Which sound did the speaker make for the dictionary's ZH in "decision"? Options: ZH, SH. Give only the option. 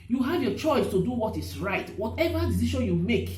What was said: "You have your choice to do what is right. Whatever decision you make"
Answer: SH